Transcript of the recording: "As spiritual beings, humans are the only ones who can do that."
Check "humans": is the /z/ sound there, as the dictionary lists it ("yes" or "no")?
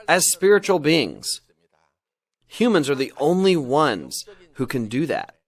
yes